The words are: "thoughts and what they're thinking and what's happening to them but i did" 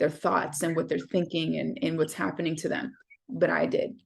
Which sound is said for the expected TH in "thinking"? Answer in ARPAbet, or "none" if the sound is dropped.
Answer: TH